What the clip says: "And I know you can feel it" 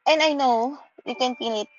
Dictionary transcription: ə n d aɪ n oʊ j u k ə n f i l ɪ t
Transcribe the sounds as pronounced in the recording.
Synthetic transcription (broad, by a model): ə n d aɪ n oʊ j u k ə n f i n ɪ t